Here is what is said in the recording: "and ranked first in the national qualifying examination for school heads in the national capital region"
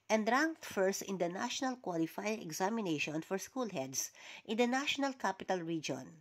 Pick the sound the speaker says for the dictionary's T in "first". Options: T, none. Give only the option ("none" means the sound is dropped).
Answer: T